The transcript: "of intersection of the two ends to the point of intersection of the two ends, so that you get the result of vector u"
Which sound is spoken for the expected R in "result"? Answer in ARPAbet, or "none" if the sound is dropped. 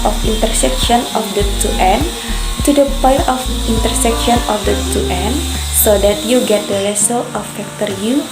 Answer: L